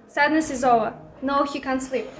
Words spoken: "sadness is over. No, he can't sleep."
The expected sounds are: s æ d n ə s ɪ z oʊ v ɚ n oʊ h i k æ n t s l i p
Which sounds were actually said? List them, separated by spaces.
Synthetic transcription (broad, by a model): s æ d n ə s ɪ z oʊ v ɚ n oʊ h i k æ n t s l i p